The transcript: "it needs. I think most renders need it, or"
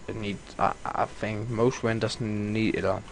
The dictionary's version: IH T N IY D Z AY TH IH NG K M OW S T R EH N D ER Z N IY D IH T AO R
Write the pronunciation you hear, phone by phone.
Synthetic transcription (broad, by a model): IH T N IY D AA AY TH IH NG K M OW S T W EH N D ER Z N IY D IH T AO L